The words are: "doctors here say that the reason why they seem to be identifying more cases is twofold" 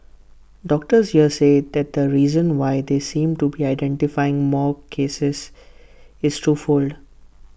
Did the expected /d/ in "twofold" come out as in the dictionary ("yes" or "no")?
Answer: yes